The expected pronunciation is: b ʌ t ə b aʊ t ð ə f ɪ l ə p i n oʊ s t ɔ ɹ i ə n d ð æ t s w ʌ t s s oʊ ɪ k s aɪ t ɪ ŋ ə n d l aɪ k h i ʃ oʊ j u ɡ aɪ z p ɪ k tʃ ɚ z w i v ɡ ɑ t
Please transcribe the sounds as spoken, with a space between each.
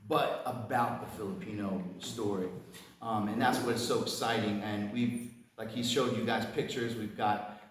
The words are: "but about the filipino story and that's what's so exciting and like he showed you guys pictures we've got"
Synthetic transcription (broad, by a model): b ʌ t ə b aʊ t ð ə f ɪ l ə p i n oʊ s t ɔ ɹ i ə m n ð æ t s w ʌ t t s oʊ ɪ k s aɪ t ɪ ŋ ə n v l aɪ k h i ʃ oʊ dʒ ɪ ɡ aɪ z p ɪ k tʃ ɚ z w i v ɡ ɑ t